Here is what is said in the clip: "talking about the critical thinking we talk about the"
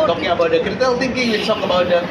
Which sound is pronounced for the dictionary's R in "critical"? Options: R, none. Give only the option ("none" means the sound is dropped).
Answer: none